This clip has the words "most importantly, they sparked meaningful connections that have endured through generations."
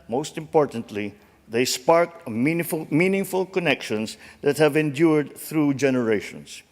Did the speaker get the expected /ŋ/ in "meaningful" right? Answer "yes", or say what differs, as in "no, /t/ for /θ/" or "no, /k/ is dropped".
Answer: yes